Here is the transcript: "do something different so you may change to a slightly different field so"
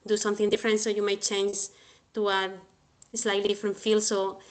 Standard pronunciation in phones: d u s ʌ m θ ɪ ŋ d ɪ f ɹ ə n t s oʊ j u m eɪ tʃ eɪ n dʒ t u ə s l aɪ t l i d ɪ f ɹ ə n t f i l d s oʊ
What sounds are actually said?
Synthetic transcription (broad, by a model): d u s ʌ m θ ɪ ŋ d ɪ f ɹ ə n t s oʊ j u m eɪ tʃ eɪ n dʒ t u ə s l aɪ t l i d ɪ f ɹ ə n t f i l s oʊ